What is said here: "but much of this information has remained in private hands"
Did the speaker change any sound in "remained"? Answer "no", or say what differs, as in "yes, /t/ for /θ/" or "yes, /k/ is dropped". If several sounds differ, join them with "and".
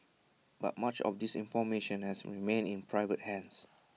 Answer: yes, /d/ is dropped